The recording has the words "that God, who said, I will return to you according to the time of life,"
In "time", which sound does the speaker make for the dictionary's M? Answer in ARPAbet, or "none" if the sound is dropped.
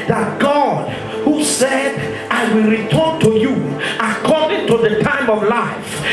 M